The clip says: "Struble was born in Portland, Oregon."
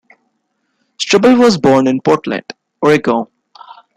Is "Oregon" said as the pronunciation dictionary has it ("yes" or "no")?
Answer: no